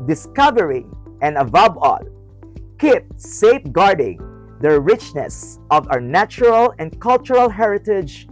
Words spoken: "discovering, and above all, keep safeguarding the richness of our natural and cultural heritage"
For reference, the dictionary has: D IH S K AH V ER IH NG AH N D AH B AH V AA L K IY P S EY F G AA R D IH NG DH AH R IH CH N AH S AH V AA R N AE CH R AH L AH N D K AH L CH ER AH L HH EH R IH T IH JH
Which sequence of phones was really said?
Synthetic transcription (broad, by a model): D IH S K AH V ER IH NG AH N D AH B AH B AA L K IY P S EY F G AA R D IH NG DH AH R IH CH N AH S AH V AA W N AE CH R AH L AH N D K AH L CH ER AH L HH EH R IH T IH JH